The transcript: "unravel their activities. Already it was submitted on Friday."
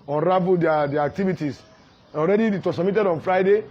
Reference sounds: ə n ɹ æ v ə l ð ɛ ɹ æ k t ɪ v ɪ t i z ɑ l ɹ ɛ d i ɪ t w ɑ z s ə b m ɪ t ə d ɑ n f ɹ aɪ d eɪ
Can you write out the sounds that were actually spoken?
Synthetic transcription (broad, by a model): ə n ɹ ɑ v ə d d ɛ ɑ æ k t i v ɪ t i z ɑ l ɹ ɛ d i ɪ t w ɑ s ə m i t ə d ɑ n f ɹ aɪ d eɪ